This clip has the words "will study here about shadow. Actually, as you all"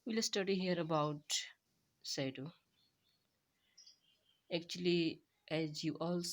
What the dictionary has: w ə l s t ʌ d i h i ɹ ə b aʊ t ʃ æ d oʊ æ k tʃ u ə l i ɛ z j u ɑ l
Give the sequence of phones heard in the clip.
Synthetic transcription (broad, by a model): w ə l s t ʌ d i h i ɹ ə b aʊ t s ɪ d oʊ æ k tʃ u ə l i ɛ z j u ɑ l